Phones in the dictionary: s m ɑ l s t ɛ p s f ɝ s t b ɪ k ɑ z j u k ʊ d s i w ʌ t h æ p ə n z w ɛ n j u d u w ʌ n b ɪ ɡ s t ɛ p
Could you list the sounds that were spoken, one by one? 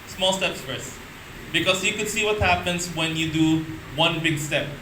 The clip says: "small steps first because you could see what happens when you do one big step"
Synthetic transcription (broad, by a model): s m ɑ l s t ɛ p s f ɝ s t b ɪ k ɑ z j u k ʊ d s i w ʌ t h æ p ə n s w ɛ n j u d u w ʌ n b ɪ ɡ s t ɛ p